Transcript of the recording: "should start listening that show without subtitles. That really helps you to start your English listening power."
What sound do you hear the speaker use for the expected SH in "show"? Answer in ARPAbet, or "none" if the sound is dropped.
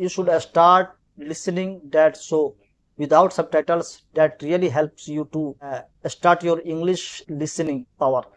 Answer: S